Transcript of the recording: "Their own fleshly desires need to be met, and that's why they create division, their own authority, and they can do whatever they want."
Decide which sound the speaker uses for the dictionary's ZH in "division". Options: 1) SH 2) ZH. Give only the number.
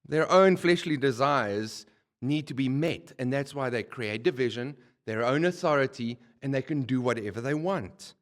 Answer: 2